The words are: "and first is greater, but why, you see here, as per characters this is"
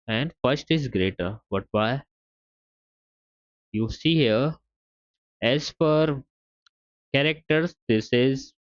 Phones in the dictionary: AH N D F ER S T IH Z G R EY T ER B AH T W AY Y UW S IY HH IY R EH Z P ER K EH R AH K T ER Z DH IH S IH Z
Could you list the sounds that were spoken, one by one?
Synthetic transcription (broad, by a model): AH N D F ER S T IH Z G R EY T ER B AH T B AY Y UW S IY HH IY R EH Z F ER K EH R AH K T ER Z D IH S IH Z